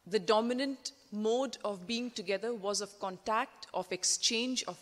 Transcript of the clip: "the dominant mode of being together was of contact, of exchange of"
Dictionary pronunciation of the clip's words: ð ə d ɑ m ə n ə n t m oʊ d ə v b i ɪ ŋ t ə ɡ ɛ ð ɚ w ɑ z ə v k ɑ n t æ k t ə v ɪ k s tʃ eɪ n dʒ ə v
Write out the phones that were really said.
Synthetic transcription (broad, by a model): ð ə d ɑ m ə n ə n t m oʊ d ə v b i ɪ ŋ t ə ɡ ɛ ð ɚ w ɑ z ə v k ɑ n t æ k t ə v ɪ k s tʃ eɪ n dʒ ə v